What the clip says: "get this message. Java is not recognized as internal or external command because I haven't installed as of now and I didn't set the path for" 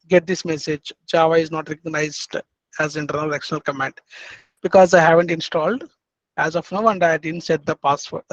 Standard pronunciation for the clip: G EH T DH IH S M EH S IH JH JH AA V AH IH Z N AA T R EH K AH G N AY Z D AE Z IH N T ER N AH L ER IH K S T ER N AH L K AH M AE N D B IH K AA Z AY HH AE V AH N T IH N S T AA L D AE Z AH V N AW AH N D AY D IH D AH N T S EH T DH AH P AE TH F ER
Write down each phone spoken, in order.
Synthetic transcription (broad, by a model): G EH T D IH S M EH S IH JH JH AA V AH IH Z N AA T R EH K AH G N AY Z D AE Z IH N T ER N AH L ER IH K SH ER N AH L K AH M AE N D B IH K AA Z AY HH AE V AH N T IH N S T AA L D AE Z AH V N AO AH N D AY D IH D AH N T S EH T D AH P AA S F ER